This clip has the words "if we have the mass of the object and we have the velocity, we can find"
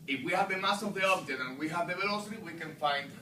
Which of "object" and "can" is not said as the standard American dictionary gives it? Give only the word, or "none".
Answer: object